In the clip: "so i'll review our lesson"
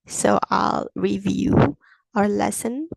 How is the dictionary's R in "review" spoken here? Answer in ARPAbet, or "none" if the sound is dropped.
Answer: R